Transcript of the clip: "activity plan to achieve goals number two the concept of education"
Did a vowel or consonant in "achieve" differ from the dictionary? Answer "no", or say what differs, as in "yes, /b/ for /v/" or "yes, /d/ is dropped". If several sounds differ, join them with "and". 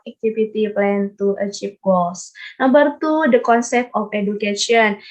yes, /p/ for /v/